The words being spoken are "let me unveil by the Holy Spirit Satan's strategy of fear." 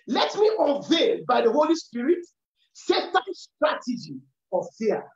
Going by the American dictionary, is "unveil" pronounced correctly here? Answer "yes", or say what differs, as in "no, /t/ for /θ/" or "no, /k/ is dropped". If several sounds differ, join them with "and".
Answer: no, /n/ is dropped